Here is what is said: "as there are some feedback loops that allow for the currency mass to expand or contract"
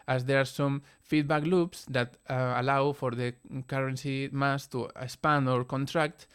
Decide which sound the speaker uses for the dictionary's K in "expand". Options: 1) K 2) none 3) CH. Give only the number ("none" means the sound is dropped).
2